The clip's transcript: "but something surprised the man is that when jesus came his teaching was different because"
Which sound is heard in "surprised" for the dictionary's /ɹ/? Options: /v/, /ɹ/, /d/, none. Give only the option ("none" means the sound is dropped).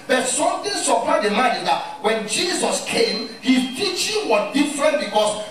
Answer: none